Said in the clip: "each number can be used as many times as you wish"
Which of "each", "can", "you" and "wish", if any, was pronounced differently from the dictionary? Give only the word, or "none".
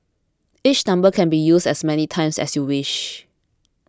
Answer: none